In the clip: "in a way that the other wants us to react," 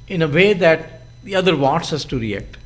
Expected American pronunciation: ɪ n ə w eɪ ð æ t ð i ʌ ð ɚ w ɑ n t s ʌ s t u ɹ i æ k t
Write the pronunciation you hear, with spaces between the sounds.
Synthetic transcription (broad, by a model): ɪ n ə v eɪ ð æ t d i ʌ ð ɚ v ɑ t s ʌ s t u ɹ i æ k t